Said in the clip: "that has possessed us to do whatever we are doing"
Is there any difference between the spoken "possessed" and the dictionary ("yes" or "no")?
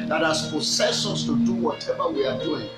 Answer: yes